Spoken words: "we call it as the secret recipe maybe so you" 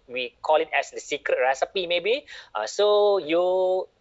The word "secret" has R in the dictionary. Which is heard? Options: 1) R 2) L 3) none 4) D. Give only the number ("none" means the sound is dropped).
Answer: 1